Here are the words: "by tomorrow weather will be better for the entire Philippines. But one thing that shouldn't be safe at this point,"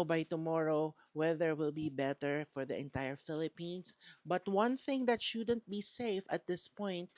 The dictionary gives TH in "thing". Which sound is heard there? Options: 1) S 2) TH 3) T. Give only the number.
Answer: 2